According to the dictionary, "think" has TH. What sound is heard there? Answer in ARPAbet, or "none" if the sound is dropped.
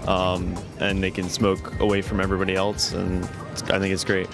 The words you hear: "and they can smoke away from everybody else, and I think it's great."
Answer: TH